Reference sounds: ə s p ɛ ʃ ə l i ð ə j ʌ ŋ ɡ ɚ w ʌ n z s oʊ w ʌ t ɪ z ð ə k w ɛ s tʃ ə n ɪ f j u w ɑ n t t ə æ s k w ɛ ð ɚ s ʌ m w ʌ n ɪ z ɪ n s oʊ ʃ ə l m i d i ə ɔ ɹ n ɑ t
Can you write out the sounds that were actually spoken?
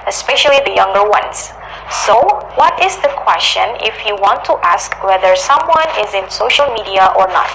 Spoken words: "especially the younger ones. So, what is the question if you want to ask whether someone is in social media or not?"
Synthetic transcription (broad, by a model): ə s p ɛ ʃ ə l i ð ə j ʌ ŋ ɡ ɚ w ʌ n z s oʊ w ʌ t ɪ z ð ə k w ɛ s tʃ ə n ɪ f j u w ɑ n t t ə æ s k w ɛ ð ɚ s ʌ m w ʌ n ɪ z ɪ n s oʊ ʃ ə l m i d i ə ɔ ɹ n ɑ t